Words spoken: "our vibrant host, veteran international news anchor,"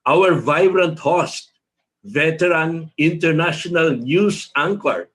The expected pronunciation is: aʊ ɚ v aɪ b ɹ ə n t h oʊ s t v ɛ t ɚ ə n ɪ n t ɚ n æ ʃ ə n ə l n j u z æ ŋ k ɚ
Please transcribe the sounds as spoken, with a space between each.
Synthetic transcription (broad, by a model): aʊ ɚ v aɪ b ɹ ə n t h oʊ s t v ɛ t ɚ ə n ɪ n t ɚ n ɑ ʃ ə n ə l n j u s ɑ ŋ k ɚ